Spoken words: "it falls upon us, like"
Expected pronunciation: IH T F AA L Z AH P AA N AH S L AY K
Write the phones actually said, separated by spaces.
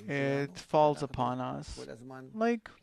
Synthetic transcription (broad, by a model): IH T F AA L Z AH P AA N AH S L AY K